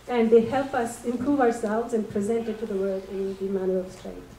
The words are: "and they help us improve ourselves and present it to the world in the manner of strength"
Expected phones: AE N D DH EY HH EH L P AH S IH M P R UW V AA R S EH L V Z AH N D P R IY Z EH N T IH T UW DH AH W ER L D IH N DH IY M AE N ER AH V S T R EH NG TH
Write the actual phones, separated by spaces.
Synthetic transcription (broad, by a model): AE N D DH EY HH EH L P AH S IH M P R UW V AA R S EH L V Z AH N P R IY Z EH N T IH T UW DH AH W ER D IH N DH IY M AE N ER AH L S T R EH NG